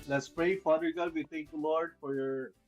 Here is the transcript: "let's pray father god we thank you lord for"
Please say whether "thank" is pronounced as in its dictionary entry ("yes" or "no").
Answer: no